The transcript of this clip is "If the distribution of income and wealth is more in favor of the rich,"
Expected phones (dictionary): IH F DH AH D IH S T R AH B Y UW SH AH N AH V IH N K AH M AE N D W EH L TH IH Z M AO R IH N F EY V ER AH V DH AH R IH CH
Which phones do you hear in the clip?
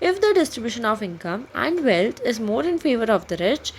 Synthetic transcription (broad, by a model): IH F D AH D IH S T R AH B Y UW SH AH N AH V IH N K AH M AE N D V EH L T IH Z M AO R IH N F EY V ER AH V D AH R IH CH